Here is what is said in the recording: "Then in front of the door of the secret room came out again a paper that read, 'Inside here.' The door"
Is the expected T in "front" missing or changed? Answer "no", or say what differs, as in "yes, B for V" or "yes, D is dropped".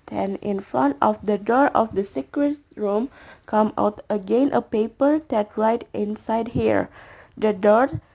no